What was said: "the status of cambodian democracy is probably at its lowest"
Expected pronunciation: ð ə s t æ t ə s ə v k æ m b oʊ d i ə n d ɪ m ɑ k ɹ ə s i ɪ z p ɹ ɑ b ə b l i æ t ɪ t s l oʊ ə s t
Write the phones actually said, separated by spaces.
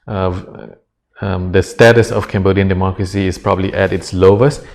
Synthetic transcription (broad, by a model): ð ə s t æ t ə s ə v k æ m b oʊ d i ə n d ɪ m ɑ k ɹ ə s i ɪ s p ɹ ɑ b ə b l i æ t ɪ t s l oʊ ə s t